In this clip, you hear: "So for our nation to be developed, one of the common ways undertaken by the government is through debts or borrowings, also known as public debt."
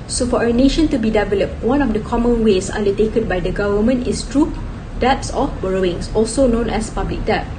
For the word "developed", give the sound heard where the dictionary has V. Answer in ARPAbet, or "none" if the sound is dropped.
V